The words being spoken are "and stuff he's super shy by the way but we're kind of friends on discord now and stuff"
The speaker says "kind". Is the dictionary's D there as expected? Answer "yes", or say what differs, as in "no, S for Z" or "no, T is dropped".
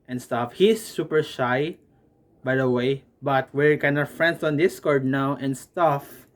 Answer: no, D is dropped